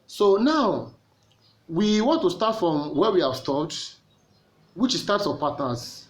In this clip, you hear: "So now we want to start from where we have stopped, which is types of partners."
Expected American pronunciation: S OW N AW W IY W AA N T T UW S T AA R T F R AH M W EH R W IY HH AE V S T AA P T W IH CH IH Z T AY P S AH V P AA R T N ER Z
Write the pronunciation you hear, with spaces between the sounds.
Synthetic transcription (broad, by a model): S OW N AW W IY W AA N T T UW S T AA T F R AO M W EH W IY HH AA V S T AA T W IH CH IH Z T AY P S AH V P AA T N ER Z